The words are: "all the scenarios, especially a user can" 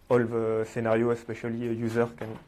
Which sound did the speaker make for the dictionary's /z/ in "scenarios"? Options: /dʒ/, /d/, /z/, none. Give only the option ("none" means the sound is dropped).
none